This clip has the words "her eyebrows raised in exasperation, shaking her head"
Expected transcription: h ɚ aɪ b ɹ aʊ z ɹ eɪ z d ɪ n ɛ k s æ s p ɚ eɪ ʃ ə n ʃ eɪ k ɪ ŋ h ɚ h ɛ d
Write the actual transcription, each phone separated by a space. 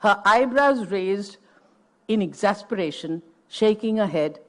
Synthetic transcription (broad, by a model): h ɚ aɪ b ɹ aʊ z ɹ eɪ z d ɪ n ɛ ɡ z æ s p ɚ eɪ ʃ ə n ʃ eɪ k ɪ ŋ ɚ h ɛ d